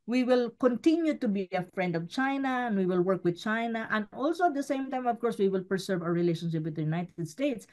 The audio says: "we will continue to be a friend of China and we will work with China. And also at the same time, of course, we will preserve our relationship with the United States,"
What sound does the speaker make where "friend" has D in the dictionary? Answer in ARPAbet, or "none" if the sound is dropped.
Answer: D